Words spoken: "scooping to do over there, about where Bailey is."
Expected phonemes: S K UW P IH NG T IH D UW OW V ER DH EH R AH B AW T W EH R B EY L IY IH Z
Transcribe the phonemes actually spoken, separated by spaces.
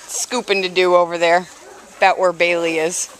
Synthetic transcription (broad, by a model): S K UW P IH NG T IH D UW OW V ER DH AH R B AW T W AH R B EY L IY IH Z